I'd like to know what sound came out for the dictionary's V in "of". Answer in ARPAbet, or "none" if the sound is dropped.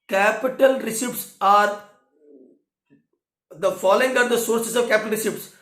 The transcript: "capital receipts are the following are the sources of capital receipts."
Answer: V